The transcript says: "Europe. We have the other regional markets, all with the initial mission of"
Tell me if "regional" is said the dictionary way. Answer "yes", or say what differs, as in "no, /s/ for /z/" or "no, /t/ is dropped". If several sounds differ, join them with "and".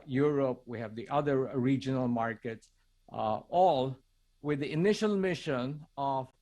yes